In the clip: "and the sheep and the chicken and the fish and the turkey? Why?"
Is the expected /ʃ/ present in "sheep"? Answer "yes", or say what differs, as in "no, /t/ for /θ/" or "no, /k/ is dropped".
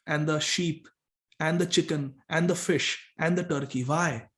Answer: yes